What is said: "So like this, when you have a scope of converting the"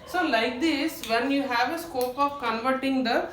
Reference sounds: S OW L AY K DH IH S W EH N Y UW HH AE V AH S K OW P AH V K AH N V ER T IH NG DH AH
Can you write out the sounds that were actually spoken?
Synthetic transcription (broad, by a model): S OW L AY K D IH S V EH N Y UW HH AE V AH S K OW P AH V K AH N V ER T IH NG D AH